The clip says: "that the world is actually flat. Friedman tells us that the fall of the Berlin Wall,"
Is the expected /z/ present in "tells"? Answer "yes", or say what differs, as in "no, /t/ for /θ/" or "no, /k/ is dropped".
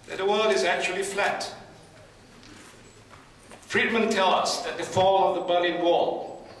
no, /z/ is dropped